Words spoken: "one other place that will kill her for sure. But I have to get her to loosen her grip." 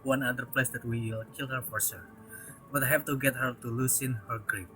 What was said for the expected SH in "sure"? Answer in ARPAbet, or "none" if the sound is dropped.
S